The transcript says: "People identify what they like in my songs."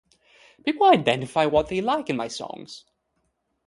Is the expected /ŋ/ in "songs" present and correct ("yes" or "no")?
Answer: yes